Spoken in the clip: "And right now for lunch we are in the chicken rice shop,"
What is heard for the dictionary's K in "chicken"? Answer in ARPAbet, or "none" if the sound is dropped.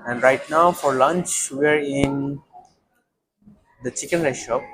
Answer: K